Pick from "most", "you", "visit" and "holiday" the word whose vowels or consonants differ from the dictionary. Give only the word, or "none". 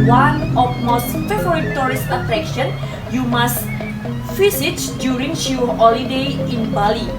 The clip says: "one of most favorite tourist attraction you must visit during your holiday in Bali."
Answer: visit